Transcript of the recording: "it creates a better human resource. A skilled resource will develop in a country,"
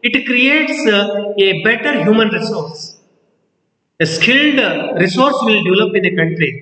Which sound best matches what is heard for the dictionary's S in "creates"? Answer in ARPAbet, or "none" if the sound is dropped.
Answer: S